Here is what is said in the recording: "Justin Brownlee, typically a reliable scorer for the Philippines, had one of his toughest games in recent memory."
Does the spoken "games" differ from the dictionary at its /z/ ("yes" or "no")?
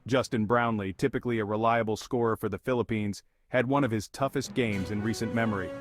no